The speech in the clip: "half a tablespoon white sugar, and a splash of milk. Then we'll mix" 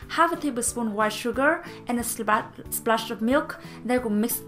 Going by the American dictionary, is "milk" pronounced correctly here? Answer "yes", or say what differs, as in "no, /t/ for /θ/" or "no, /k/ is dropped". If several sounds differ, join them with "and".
yes